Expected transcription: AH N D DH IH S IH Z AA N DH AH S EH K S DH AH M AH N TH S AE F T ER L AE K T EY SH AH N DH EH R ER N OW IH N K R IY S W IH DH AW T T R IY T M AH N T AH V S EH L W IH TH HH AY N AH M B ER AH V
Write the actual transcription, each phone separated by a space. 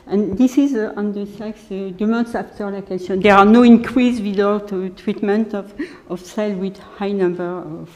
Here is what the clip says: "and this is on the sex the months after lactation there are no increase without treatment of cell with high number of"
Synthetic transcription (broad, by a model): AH N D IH S IH Z AA N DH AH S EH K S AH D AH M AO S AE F T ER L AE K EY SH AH N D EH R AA N OW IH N K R IY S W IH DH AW T T R IY T M AH N T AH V S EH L W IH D HH AY N AH M B ER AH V